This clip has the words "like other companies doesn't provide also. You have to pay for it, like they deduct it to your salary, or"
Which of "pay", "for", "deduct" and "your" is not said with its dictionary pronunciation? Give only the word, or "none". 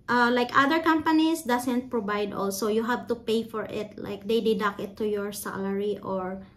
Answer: deduct